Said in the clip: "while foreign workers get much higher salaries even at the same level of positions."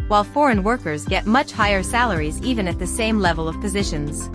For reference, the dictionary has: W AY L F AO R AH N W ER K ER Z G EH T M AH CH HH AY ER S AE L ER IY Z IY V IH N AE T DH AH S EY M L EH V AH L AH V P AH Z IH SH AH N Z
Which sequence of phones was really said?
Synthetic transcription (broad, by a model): W AY L F AO R AH N W ER K ER Z G EH T M AH CH HH AY ER S AE L ER IY Z IY V IH N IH T DH AH S EY M L EH V AH L AH V P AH Z IH SH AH N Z